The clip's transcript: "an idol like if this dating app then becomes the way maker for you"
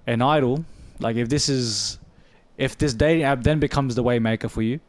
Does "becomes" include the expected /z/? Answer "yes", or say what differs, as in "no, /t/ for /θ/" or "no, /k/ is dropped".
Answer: yes